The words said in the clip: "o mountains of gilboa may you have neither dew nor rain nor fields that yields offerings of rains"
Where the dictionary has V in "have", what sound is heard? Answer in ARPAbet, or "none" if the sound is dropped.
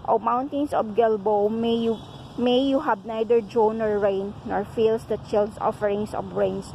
B